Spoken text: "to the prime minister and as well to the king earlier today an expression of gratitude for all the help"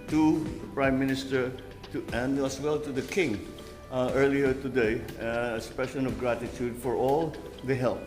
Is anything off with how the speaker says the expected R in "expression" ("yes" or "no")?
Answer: yes